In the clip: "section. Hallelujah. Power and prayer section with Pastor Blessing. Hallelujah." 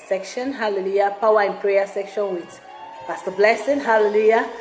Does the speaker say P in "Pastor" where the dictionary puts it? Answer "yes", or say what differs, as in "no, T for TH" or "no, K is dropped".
no, F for P